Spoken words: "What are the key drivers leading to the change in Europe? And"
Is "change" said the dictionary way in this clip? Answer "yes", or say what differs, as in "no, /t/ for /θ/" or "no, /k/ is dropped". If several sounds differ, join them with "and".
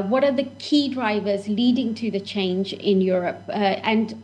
yes